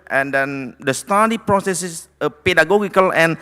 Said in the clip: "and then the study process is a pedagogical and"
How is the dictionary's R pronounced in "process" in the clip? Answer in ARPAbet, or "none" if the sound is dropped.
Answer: R